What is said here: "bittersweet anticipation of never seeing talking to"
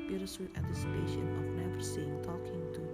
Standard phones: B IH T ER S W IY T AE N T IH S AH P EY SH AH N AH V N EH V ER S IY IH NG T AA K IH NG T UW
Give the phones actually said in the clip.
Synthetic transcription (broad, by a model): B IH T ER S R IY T AE N T IH S AH P EY SH AH N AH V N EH P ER S IY IH NG T AA K IH NG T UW